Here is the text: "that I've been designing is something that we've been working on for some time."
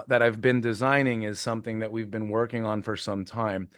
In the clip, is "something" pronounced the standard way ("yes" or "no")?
yes